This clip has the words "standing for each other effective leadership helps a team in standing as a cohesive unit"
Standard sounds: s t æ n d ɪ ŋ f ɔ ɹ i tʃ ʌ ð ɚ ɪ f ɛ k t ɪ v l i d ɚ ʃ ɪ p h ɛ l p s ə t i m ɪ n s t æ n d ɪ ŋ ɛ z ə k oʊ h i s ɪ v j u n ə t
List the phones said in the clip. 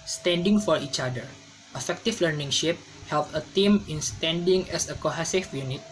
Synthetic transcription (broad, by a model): s t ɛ n d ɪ ŋ f ɔ ɹ i tʃ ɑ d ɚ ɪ f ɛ k t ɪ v l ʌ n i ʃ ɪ p h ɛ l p ə t i m ɪ n s t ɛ n d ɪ ŋ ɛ s ə k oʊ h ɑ s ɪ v j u n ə t